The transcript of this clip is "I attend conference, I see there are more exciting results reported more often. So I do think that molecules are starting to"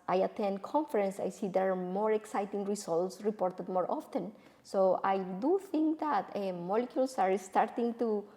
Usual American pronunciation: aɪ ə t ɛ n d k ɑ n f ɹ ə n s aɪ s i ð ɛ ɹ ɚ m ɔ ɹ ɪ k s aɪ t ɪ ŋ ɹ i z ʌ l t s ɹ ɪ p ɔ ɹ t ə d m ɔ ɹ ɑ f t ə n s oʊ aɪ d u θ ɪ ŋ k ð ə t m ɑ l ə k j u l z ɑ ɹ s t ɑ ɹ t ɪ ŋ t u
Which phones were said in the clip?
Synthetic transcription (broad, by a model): aɪ ə t ɛ n d k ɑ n f ɹ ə n s aɪ s i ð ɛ ɹ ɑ m ɔ ɹ ɪ k s aɪ t ɪ ŋ ɹ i s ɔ l t s ɹ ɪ p ɔ ɹ t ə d m ɔ ɹ ɑ f t ə n s oʊ aɪ d u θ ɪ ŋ k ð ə t m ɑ l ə k j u l s ɑ ɹ s t ɑ ɹ t ɪ ŋ t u